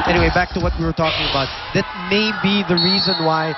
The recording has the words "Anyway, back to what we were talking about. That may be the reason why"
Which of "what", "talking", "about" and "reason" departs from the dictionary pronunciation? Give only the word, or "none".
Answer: none